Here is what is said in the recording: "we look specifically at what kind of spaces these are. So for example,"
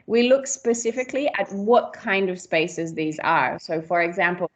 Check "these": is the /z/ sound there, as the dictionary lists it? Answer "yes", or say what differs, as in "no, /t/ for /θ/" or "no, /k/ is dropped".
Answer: yes